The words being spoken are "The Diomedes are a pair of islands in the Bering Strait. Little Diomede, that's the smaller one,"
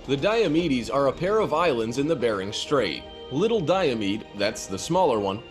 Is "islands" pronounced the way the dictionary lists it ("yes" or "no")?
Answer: yes